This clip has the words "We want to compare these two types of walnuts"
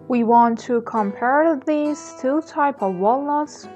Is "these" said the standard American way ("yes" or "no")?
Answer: no